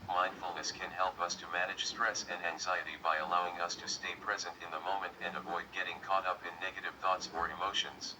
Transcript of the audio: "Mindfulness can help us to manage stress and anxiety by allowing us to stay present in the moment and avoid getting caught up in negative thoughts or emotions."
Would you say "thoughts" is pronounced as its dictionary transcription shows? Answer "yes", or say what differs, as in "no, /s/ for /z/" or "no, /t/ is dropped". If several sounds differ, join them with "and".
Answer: yes